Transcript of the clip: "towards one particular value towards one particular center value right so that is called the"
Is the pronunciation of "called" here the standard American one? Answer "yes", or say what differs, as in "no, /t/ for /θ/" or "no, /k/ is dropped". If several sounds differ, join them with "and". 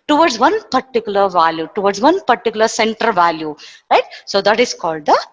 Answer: yes